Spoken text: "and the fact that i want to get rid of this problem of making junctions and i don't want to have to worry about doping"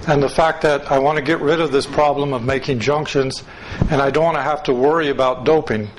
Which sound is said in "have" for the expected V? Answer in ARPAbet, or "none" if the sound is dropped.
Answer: F